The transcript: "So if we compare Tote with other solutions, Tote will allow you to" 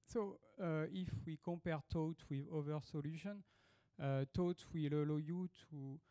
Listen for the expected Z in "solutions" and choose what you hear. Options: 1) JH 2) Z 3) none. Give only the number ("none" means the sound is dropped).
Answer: 3